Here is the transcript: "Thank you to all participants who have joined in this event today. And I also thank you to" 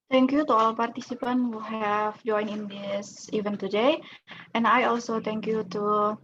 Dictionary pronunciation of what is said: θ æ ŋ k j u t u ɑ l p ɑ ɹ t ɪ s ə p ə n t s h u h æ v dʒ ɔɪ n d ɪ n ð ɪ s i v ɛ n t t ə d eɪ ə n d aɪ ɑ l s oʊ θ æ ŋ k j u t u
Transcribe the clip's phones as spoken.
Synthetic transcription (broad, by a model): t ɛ ŋ k j u t u ɑ l p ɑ ɹ t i s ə p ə n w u h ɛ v dʒ ɔɪ n ɪ n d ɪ s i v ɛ n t t ə d eɪ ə n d aɪ ɑ l s oʊ t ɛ ŋ k j u t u